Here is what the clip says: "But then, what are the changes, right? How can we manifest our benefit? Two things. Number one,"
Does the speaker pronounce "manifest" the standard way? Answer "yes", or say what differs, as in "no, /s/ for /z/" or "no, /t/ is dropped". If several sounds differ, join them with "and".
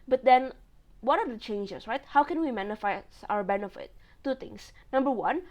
no, /t/ is dropped